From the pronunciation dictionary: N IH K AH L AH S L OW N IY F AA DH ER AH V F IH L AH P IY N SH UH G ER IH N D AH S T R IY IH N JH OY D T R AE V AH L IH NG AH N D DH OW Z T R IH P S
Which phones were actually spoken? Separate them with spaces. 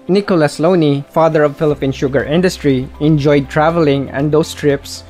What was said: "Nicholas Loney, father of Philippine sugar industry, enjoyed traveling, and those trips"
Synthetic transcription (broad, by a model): N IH K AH L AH S L OW N IY F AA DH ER AH V F IH L AH P IY N SH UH G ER IH N D AH S T R IY IH N JH OY D T R AE V AH L IH NG AH N D OW S T R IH P S